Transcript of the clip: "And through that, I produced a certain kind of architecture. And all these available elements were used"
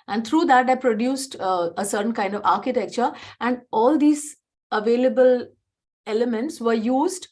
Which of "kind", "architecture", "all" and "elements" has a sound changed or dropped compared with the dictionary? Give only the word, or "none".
none